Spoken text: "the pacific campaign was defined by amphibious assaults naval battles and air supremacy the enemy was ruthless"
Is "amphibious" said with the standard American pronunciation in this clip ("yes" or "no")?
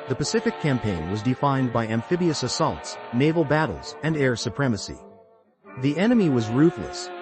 yes